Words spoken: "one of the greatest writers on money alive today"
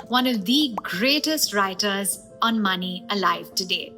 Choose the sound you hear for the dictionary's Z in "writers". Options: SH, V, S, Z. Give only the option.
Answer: Z